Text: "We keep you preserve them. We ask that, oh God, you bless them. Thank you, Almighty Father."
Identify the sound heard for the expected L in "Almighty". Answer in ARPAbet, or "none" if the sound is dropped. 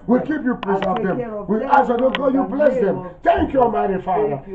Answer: none